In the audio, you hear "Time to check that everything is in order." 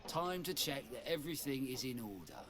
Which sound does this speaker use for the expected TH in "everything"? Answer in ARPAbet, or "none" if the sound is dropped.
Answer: TH